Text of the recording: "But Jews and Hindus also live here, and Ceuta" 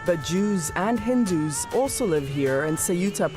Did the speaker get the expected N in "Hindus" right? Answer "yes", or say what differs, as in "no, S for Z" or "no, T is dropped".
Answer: yes